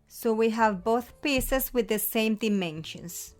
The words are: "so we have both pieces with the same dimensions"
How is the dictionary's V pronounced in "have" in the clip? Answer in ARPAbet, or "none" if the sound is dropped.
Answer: V